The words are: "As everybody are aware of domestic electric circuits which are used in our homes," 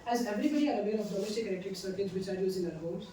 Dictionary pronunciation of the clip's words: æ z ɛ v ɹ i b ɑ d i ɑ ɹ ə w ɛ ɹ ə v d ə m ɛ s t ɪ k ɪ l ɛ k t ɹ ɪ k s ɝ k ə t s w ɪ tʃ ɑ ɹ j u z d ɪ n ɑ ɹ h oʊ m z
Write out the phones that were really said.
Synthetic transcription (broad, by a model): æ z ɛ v ɹ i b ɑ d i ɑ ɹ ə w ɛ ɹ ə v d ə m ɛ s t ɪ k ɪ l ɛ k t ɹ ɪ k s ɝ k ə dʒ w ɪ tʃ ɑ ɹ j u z ɪ n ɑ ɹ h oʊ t